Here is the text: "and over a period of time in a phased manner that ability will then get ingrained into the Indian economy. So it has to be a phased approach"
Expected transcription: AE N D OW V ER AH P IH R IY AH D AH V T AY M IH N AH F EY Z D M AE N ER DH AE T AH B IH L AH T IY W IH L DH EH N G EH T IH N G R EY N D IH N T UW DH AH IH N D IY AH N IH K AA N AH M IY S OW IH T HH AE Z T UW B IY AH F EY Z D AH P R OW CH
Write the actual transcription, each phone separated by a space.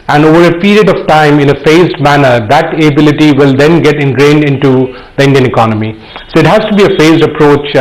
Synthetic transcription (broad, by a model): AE N D OW V ER AH P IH R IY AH D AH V T AY M IH N AH F EY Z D M AE N ER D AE T AH B IH L AH T IY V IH L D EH N G EH T IH N G R EY N D IH N T UW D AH IH N D IY AH N IH K AA N AH M IY S OW IH T HH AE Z T UW B IY AH F EY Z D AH P R OW CH